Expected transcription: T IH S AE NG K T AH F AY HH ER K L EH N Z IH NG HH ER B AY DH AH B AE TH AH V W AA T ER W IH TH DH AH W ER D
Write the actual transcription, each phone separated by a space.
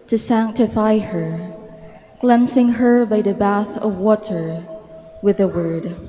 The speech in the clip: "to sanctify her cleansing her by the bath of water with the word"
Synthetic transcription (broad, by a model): T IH S AE NG K T AH F AY HH ER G L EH N S IH NG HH ER B AY DH AH B AE TH AH V W AA T ER W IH DH AH W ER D